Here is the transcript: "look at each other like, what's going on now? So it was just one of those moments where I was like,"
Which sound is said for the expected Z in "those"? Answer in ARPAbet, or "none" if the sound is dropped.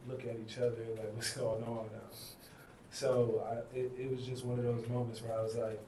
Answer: Z